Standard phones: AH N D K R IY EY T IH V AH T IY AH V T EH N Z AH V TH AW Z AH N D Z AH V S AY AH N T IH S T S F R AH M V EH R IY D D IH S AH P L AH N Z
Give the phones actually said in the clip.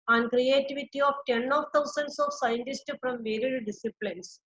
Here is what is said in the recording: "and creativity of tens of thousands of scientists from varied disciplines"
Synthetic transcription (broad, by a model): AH N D K R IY EY T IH V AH T IY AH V T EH N AH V T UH S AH N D S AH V S AY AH N T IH S T F R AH M V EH R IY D D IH S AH P L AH N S